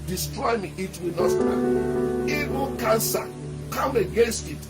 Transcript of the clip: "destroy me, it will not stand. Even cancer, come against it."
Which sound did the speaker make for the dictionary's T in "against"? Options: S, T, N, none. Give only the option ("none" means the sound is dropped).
T